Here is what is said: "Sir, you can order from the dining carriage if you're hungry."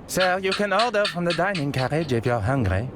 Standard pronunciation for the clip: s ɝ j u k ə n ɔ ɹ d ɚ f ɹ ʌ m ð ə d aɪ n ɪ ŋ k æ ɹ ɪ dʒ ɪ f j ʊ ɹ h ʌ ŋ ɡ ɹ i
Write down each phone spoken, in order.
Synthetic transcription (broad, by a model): s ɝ j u k ə n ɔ l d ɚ f ɹ ʌ m ð ə d aɪ n ɪ ŋ k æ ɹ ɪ dʒ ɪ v j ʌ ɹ h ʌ ŋ ɡ ɹ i